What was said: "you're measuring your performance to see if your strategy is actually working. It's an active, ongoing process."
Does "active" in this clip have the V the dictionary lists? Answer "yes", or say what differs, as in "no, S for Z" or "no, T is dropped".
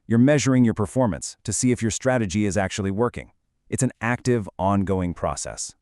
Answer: yes